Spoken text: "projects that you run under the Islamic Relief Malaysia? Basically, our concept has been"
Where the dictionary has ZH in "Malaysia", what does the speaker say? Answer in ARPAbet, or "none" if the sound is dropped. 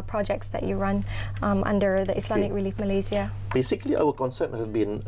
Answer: Z